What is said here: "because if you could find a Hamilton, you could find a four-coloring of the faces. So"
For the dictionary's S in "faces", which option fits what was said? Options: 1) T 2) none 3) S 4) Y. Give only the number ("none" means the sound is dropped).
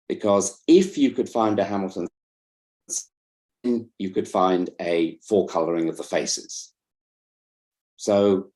3